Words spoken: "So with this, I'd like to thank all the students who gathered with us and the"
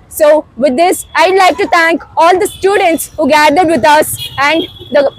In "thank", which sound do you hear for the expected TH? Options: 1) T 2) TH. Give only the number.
1